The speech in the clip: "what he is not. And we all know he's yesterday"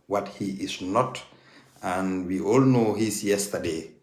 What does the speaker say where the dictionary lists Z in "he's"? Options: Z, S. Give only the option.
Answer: S